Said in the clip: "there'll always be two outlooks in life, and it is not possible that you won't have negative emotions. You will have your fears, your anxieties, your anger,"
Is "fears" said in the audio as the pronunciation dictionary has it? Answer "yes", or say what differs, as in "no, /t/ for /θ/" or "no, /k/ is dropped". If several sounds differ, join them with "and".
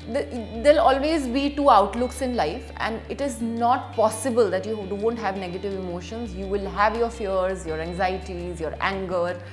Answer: yes